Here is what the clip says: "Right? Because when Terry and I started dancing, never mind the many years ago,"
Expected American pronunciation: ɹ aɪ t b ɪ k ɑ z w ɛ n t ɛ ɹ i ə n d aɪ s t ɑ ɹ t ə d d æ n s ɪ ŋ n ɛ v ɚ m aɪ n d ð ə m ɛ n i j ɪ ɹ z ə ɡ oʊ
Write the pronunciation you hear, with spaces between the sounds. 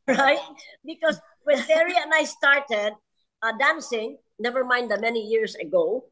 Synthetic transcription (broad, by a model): ɹ aɪ t b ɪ k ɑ s w ɛ n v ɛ ɹ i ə n aɪ s t ɑ ɹ t ə d d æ n s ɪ ŋ n ɛ v ɚ m aɪ n d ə m ɛ n i j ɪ ɹ s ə ɡ oʊ